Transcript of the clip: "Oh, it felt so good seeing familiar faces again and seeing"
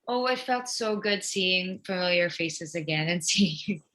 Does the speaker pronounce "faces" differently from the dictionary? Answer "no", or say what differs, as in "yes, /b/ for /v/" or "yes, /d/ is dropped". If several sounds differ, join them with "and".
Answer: no